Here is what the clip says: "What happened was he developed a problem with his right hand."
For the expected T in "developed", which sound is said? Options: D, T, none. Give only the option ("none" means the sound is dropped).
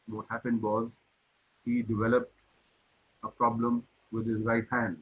T